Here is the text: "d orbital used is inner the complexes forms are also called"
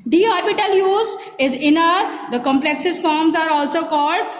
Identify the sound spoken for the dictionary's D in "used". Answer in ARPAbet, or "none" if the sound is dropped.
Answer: none